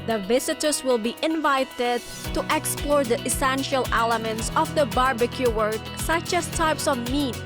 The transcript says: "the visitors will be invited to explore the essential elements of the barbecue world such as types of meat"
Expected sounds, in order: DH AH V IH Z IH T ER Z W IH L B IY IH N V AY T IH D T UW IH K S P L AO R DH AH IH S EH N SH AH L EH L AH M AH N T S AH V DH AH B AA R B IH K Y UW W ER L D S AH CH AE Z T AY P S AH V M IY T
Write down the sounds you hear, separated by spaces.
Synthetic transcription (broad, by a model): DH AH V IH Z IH T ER S W IH L B IY IH N V AY T IH D T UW IH K S P L AO R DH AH IH S EH N SH AH L EH L AH M AH N T S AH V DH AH B AA R B IH K Y UW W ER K S AH CH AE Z T AY P S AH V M IY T